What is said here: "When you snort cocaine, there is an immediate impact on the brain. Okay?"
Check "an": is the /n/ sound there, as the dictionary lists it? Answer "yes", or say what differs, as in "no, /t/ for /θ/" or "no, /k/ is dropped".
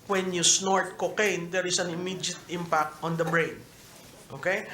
yes